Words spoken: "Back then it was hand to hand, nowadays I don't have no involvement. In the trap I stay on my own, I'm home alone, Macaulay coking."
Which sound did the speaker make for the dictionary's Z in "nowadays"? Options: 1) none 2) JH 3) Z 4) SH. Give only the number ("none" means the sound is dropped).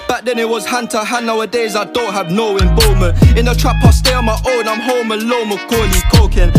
3